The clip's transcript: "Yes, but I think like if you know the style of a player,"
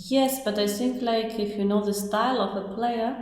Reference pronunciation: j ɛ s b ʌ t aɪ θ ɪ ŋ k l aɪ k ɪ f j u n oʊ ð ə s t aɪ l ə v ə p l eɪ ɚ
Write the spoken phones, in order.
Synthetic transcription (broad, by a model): j ɛ s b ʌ t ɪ s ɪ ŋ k l aɪ k ɪ f j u n oʊ ð ə s t aɪ l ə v ə p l eɪ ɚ